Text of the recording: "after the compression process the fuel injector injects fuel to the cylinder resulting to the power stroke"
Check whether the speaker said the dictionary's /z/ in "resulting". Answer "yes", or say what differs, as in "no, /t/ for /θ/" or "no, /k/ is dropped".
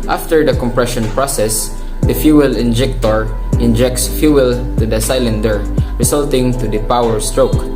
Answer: no, /s/ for /z/